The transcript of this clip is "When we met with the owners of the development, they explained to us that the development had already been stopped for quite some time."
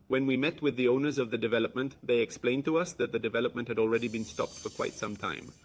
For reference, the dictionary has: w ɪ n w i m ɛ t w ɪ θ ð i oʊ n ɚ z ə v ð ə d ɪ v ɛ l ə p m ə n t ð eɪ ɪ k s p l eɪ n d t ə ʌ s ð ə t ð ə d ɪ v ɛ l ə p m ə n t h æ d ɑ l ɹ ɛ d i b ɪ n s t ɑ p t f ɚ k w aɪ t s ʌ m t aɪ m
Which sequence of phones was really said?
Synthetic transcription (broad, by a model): w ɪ n w i m ɛ t w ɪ ð i oʊ n ɚ z ə v ð ə d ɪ v ɛ l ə p m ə n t ð eɪ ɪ k s p l eɪ n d t ə ʌ s ð ə t ð ə d ɪ v ɛ l ə p m ə n t h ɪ d ɑ l ɹ ɛ d i b ɪ n s t ɑ p t f ɚ k w aɪ t s ʌ m t aɪ m